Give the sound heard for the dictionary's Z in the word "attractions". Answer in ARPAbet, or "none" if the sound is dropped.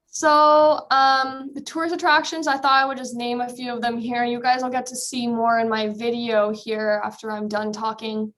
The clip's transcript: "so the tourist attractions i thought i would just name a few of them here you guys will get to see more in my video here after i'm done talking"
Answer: Z